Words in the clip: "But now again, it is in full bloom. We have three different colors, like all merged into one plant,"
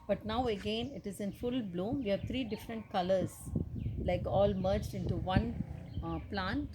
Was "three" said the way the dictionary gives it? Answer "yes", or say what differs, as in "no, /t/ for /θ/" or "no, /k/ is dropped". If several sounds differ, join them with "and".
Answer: no, /t/ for /θ/